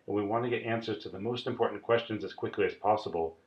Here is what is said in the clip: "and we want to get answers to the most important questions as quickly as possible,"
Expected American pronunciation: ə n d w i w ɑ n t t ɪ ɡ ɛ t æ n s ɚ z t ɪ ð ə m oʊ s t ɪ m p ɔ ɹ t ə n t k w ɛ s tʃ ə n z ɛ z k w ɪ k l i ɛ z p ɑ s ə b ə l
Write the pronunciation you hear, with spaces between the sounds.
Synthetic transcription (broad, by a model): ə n w i w ɑ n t t ɪ ɡ ɛ t æ n s ɚ z t ɪ ð ə m oʊ s t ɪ m p ɔ ɹ t n k w ɛ s tʃ ə n z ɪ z k w ɪ k l i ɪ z p ɑ s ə b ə l